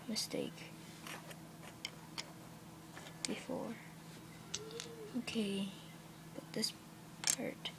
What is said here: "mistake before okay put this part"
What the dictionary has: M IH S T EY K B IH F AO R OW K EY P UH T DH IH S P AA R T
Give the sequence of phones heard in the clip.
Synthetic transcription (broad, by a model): M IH S T EY K B IH F AO R OW K EY B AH T DH IH S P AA R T